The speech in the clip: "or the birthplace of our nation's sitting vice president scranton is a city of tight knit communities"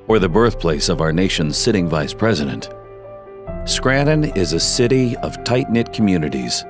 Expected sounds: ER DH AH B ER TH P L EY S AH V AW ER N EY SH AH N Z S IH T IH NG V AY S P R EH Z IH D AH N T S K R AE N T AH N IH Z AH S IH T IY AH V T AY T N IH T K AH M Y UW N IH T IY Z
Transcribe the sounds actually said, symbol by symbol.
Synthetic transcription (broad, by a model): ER DH AH B ER TH P L EY S AH V AW ER N EY SH AH N Z S IH T IH NG V AY S P R EH Z IH D AH N T S K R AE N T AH N IH Z AH S IH T IY AH V T AY T N IH T K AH M Y UW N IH T IY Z